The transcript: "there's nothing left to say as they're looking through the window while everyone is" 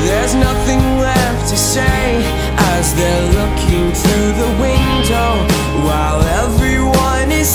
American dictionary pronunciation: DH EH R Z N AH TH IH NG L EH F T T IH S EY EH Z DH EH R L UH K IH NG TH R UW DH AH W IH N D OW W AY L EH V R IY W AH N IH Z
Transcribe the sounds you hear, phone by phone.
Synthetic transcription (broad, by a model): DH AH R Z N AH TH IH NG L EH F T T IH S EY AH Z DH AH R L UH K IH NG TH R UW DH AH W IH N D OW W AY L EH V R IY W AH N IH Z